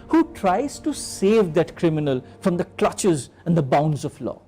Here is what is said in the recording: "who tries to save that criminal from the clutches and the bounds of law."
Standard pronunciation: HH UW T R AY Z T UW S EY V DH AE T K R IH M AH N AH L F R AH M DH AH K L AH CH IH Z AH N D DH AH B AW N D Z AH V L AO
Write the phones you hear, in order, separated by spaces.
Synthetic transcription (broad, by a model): HH UW T R AY Z T UW S EY V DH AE T K R IH M AH N AH L F R AH M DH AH K L AH CH IH Z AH N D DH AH B AW N D Z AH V L AO